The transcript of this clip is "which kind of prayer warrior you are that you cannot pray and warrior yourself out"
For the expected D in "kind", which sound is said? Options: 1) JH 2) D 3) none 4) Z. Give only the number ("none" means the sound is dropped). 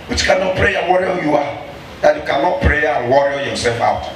3